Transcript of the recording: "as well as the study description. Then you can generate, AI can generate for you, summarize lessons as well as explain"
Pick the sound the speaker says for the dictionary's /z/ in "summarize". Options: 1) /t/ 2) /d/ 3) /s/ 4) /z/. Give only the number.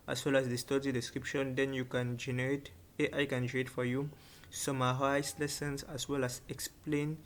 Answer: 3